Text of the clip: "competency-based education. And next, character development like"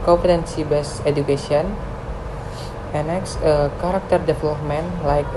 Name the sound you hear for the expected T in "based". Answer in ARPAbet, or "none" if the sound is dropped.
none